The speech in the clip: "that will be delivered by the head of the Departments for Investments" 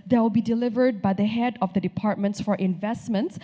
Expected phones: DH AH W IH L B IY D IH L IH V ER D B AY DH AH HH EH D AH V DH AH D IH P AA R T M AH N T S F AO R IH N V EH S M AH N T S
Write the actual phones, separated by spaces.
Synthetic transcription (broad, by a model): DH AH W IH L B IY D IH L IH V ER D B AY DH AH HH EH D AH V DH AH D IH P AA R T M AH N T S F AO R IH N V EH S M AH N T S